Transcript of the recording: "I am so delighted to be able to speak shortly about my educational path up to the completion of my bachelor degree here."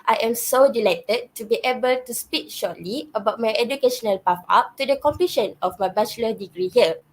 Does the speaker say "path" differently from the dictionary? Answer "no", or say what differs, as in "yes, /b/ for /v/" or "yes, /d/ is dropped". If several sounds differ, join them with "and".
yes, /f/ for /θ/